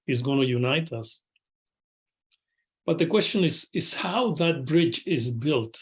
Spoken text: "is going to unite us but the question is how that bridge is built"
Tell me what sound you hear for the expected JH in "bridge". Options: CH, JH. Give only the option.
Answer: JH